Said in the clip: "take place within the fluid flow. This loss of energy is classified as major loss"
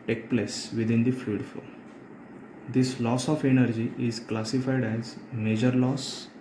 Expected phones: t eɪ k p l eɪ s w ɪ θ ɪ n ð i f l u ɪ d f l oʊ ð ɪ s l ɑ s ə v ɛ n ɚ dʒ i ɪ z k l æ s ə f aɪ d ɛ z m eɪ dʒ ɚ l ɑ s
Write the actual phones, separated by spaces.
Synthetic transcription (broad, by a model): t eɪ k p l eɪ s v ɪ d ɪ n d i f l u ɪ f oʊ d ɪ s l ɑ s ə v ɛ n ɚ dʒ i ɪ z k l æ s ə f aɪ d ɛ z m eɪ dʒ ɚ l ɑ s